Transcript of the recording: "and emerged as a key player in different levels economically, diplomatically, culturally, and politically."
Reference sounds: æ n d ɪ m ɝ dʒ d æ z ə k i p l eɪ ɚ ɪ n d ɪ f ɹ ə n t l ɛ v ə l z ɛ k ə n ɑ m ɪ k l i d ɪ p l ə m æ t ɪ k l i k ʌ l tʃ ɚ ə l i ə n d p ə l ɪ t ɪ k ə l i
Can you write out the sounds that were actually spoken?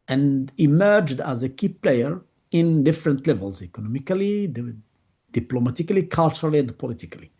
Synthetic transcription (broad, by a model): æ n d ɪ m ɝ dʒ d æ z ə k i p l eɪ ɚ ɪ n d ɪ f ɹ ə n t l ɛ v ə l z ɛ k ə n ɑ m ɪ k l i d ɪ p l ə m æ t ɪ k l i k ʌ l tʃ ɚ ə l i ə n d p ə l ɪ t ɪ k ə l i